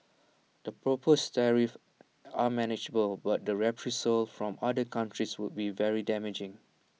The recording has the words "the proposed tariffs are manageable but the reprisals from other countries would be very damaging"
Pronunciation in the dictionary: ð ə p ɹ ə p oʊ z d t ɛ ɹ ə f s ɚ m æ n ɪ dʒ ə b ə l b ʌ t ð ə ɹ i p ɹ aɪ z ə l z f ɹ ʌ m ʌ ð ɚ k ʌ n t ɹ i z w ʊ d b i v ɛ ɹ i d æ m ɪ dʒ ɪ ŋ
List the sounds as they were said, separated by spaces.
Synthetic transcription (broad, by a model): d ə p ɹ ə p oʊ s t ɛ ɹ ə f ɑ m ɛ n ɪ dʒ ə b ə l b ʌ t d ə ɹ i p ɹ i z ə l f ɹ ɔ m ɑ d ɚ k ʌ n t ɹ i s w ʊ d b i v ɛ ɹ i d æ m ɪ dʒ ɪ ŋ